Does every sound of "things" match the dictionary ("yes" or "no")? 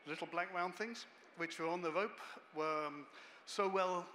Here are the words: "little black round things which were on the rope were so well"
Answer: yes